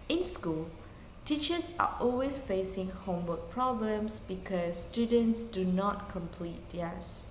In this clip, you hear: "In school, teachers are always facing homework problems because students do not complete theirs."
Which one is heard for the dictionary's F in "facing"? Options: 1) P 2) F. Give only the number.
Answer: 2